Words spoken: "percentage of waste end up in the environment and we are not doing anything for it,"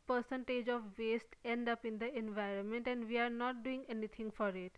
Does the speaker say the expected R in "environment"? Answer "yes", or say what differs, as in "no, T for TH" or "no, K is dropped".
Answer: yes